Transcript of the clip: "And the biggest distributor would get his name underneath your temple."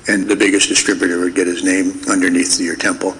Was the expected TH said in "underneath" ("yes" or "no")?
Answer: yes